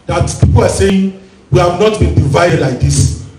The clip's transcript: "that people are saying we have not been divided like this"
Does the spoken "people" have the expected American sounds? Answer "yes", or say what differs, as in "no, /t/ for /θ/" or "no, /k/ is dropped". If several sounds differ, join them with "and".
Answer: no, /w/ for /l/